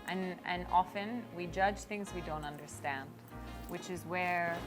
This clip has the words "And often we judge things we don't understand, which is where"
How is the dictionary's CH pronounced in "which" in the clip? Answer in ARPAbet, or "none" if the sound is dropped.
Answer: CH